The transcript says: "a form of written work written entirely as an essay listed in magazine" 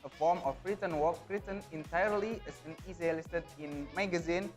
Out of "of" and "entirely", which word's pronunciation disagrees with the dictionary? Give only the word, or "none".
of